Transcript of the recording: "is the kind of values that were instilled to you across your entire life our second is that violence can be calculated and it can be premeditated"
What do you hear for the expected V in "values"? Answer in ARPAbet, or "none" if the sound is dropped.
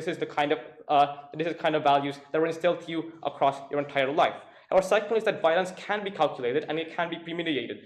V